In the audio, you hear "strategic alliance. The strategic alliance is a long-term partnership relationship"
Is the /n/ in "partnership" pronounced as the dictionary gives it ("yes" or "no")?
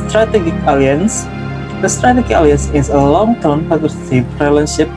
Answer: no